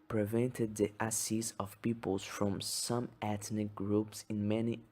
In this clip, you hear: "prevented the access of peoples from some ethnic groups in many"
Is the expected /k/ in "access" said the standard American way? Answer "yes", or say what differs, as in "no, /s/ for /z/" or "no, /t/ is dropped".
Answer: no, /k/ is dropped